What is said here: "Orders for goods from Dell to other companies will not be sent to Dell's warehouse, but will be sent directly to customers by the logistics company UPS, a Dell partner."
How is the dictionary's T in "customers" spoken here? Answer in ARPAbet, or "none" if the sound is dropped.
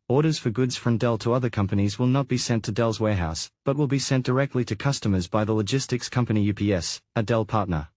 T